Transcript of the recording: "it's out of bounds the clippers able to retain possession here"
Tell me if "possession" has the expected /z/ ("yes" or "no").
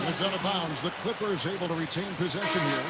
yes